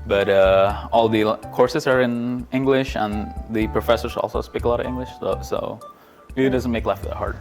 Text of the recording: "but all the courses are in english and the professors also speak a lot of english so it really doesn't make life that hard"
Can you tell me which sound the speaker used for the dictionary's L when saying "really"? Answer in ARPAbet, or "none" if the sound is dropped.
none